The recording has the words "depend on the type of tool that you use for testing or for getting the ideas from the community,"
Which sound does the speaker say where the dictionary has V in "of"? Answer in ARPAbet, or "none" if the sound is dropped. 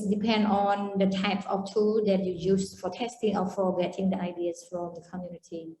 F